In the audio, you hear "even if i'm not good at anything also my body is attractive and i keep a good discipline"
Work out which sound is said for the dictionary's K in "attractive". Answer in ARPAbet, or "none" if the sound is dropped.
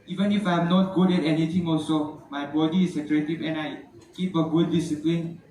none